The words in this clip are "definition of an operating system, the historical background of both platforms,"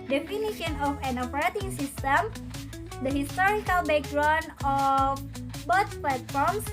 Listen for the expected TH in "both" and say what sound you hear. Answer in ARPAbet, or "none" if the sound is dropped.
S